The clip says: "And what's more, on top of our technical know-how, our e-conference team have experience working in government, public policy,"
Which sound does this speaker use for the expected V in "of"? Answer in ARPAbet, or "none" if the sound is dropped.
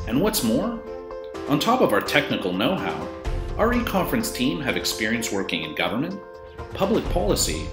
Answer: V